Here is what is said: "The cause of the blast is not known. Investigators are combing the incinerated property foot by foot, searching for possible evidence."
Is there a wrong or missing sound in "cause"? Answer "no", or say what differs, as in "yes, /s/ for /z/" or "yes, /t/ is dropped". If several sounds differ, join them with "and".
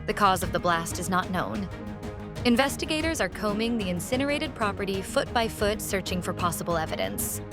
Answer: no